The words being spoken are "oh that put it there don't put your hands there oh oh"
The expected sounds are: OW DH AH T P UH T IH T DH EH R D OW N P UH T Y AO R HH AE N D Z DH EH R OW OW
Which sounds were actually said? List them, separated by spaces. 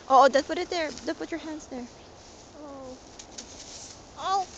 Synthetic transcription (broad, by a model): OW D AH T P UH T IH T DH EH R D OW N P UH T Y AO R HH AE N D S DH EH R OW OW